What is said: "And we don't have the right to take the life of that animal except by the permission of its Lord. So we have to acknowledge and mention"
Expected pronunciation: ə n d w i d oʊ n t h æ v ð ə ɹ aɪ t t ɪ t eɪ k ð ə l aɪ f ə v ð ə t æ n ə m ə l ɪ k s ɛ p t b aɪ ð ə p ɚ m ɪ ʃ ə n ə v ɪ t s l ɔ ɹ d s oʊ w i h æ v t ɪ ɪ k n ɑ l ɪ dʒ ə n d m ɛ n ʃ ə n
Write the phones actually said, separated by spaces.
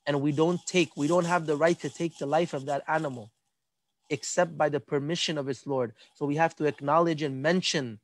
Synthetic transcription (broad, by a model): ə n d w i d oʊ n t h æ v ð ə ɹ aɪ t t ɪ t eɪ k ð ə l aɪ f ə v ð ə t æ n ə m l ɪ k s ɛ p t b aɪ ð ə p ɚ m ɪ ʃ ə n ə v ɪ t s l ɔ ɹ d s oʊ w i h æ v t ɪ ɪ k n ɑ l ɪ dʒ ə n m ɛ n ʃ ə n